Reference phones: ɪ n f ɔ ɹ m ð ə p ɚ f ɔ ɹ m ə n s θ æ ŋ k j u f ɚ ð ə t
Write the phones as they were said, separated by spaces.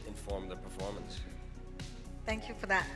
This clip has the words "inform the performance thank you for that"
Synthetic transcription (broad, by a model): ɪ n f ɔ ɹ m ð ə p ɚ f ɔ ɹ m ə n s θ æ ŋ k j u f ɚ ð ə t